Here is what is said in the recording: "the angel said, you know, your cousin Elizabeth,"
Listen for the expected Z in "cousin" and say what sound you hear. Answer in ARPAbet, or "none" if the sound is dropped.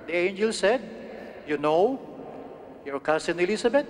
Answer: S